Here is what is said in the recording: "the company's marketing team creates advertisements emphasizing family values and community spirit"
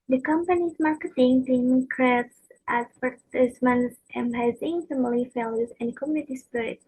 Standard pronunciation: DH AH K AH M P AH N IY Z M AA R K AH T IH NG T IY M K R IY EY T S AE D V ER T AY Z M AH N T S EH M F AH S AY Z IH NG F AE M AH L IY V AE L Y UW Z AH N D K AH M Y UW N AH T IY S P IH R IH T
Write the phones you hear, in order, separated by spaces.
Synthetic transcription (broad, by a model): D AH K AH M P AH N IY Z M AA R K AH T IH NG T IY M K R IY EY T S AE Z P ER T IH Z M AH N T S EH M AH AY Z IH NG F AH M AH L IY F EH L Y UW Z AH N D K AH M Y UW N AH T IY S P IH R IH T